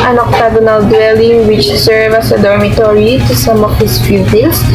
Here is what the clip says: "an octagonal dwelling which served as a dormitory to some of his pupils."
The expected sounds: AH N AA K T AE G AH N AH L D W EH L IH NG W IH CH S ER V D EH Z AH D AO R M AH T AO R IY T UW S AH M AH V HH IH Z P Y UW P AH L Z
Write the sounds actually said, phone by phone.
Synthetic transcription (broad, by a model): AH N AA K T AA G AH N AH L D W EH L IH NG W IH CH S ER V AH S AH D AO R M AH T AO R IY T UW S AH M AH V HH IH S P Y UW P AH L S